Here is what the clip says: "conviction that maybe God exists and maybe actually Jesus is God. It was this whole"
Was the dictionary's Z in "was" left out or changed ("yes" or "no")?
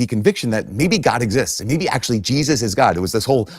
no